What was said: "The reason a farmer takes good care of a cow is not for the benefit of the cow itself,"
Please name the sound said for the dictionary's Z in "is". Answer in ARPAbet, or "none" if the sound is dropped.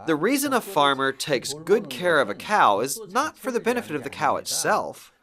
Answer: Z